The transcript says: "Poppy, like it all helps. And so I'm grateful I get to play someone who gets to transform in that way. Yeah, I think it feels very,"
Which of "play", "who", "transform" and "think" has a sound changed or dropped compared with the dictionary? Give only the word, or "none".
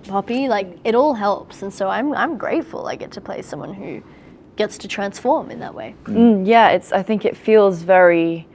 none